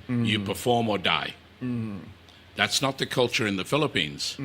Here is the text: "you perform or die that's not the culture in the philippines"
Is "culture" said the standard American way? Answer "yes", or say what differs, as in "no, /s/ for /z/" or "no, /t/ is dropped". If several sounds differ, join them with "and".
yes